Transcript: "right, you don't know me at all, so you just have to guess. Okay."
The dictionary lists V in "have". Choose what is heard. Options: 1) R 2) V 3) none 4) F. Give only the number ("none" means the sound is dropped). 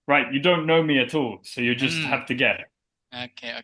4